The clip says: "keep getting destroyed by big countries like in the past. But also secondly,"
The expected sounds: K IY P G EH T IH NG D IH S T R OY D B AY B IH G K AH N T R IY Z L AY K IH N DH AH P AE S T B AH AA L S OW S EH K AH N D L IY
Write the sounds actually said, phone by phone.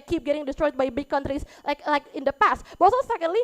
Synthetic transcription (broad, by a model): K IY P G EH T IH NG D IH S T R OY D B AY B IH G K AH N T R IY S L AY K IH N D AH P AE S T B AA S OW S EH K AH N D L IY